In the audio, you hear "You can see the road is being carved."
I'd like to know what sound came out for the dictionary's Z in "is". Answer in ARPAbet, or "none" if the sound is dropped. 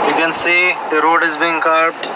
Z